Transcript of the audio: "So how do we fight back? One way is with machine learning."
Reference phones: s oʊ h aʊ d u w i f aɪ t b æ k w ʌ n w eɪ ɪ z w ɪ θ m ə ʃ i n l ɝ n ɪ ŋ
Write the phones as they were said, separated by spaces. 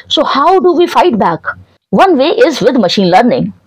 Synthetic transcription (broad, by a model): s oʊ h aʊ d u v i f aɪ t b æ k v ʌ n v eɪ ɪ z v ɪ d m ə ʃ i n l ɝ n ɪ ŋ